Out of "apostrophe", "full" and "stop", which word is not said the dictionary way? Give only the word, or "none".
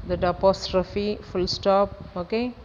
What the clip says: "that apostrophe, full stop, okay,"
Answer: none